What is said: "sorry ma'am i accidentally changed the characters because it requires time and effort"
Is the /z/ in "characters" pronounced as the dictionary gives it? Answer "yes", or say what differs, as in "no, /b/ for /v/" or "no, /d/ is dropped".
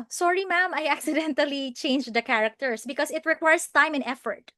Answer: no, /s/ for /z/